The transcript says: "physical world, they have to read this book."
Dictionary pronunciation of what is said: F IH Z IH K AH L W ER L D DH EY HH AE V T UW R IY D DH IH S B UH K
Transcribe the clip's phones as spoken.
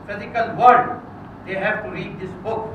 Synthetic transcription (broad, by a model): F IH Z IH K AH L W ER D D EY HH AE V T UW R IY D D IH S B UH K